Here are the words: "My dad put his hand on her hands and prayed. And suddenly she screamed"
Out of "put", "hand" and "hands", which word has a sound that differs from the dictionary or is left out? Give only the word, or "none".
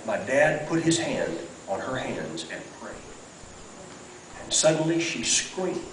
none